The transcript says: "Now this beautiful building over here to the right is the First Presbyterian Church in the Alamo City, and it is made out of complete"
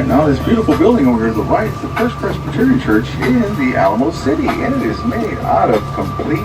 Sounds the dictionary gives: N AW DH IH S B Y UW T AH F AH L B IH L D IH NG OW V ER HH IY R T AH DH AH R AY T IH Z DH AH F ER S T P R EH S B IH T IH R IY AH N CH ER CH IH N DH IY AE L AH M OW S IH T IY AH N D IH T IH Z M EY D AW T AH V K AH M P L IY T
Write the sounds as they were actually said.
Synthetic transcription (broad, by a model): N AW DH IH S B Y UW T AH F L B IH L D IH NG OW UH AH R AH DH AH R AY T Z DH AH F ER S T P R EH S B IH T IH R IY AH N CH ER CH IH N DH IY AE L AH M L S IH T IY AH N IH T IH Z M EY D AW T AH V K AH M P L IY